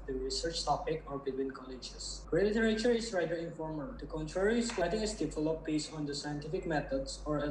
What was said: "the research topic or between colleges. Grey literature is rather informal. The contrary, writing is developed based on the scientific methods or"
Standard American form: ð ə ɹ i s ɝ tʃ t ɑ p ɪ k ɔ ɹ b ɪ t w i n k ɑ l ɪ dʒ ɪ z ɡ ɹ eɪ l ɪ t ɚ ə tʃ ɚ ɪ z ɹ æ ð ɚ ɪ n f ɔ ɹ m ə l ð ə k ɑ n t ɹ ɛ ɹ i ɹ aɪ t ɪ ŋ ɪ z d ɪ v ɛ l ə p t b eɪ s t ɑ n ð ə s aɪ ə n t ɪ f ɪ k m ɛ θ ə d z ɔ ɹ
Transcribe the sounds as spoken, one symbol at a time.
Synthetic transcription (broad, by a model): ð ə ɹ i s ɝ tʃ t ɑ p ɪ k ɔ ɹ b ɪ t w i n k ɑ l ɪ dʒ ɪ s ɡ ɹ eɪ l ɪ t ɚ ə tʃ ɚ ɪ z ɹ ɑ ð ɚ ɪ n f ɔ ɹ m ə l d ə k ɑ n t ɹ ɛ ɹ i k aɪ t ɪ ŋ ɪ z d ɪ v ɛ l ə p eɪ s ɑ n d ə s aɪ ə n t ɪ f ɪ k m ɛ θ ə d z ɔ ɹ